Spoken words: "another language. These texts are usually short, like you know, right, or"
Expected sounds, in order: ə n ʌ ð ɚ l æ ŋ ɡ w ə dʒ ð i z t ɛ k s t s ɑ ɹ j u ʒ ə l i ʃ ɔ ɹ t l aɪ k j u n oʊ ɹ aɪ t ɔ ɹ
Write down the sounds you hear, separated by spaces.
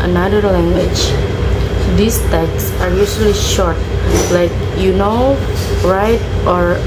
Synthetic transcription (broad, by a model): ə n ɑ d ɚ l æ ŋ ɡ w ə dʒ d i s t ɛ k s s ɑ ɹ j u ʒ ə l i ʃ ɔ ɹ t l aɪ k j u n oʊ ɹ aɪ t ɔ ɹ